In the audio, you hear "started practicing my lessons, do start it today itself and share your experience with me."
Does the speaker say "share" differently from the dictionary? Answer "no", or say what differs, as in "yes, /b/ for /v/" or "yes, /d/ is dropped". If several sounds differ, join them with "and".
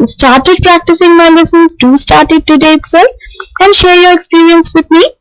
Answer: no